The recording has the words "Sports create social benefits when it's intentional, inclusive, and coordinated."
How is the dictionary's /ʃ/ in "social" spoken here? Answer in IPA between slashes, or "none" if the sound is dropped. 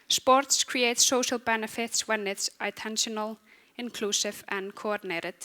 /ʃ/